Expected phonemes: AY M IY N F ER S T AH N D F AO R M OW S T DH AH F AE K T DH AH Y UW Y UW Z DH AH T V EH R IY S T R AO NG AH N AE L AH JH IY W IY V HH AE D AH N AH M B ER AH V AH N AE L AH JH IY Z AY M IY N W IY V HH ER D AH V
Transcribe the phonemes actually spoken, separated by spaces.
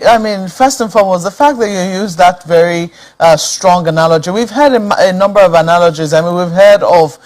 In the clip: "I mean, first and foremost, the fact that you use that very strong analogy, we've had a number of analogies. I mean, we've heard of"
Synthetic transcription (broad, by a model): AY M IY N F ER S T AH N F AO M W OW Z DH AH F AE K DH AH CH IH Y UW Z DH AH T V EH R IY S T R AO NG AH N AE L AH JH IY W IY V HH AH D AH N AH M B ER AH V AH N AE L AH JH IY Z AY M IY N W IY V HH ER D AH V